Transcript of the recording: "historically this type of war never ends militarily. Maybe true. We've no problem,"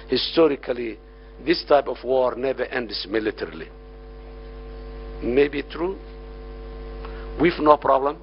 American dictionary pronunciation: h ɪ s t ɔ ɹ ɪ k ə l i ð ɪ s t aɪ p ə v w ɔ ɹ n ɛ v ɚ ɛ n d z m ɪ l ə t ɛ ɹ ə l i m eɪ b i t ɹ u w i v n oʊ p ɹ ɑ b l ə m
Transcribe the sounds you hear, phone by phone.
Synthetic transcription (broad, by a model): h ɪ s t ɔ ɹ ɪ k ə l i ð ɪ s t aɪ p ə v w ɔ ɹ n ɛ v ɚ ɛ n d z m ɪ l ə t ɛ ɹ ə l i m eɪ b i t ɹ u w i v n oʊ p ɹ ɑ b l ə m